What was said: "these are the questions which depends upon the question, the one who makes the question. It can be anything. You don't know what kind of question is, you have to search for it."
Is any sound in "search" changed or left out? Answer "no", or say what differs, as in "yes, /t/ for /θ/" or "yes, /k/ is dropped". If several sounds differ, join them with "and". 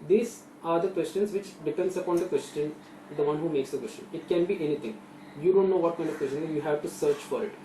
no